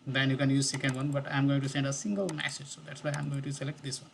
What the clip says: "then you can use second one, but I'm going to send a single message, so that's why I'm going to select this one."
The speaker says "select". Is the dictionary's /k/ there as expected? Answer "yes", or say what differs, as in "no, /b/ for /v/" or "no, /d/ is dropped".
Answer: yes